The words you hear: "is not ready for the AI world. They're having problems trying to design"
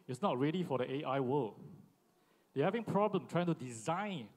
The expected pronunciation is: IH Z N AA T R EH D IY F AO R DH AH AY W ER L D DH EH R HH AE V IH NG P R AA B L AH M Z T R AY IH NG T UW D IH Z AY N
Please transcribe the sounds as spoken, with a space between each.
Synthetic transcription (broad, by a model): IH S N AA T R EH D IY F AO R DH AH AY W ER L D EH HH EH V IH NG P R AA B L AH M T R AY IH NG T UW D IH Z AY N